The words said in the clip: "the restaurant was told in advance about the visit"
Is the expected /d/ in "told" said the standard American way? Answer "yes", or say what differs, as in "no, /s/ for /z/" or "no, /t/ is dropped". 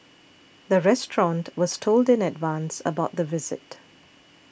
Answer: yes